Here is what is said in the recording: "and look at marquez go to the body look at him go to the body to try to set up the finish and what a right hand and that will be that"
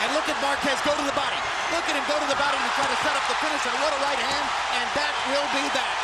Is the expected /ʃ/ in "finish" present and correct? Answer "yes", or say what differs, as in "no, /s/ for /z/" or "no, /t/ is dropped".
no, /s/ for /ʃ/